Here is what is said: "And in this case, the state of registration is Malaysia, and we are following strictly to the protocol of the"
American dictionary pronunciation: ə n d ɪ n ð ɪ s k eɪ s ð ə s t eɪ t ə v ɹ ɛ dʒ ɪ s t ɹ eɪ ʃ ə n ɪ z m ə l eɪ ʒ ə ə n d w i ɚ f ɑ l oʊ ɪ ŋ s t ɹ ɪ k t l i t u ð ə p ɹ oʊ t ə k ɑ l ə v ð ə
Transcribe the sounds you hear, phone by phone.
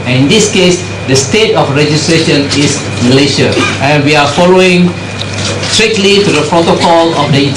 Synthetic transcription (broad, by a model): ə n ɪ n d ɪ s k eɪ s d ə s t eɪ t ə f ɹ ɛ dʒ ɪ s t ɹ eɪ ʃ ə n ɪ s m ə l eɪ ʃ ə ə n w i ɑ f ɑ l oʊ ɪ ŋ s t ɹ ɪ k t l i t u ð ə p ɹ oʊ t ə k ɑ l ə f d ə